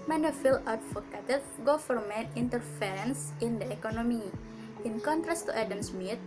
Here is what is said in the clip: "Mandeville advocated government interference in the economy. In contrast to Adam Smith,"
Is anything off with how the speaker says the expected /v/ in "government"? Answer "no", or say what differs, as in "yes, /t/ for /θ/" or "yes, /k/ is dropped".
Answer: yes, /f/ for /v/